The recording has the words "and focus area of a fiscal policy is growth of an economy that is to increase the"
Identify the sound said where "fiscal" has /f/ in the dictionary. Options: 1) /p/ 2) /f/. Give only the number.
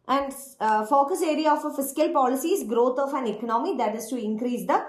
2